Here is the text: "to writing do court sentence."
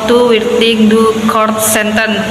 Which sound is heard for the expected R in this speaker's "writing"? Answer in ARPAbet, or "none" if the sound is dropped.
W